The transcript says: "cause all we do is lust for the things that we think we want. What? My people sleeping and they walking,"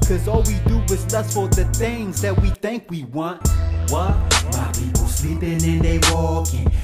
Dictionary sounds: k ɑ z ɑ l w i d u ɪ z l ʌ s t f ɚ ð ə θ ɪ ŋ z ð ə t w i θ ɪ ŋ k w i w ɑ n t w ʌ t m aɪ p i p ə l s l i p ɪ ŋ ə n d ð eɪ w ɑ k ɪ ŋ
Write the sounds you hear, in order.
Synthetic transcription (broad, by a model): k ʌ z ɑ l w i d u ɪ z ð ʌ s f ɚ ð ə θ ɪ ŋ z ð ə t w i θ ɪ ŋ k w i w ɑ n t w ʌ t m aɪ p i p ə l s l i p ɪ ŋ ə n ð eɪ w ɑ k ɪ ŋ